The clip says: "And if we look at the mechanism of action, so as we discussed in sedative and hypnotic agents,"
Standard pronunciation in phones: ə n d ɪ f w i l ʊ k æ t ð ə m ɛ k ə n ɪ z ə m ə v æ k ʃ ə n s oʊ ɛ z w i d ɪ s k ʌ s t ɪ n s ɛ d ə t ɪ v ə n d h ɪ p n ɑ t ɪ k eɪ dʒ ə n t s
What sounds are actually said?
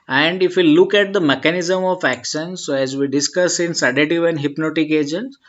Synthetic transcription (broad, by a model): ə n d ɪ f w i l ʊ k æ t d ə m ɛ k ə n ɪ z ə m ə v æ k ʃ ə n s oʊ ɛ z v i d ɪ s k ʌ s ɪ n s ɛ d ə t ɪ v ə n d h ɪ p n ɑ t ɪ k eɪ dʒ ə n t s